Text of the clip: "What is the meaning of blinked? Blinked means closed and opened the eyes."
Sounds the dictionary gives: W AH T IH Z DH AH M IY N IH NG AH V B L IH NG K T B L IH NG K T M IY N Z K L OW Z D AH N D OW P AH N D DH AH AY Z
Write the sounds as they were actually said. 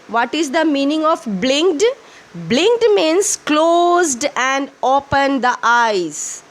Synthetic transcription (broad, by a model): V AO T IH Z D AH M IY N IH NG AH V B L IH NG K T B L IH NG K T M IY N S K L OW Z D AH N D OW P AH N D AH AY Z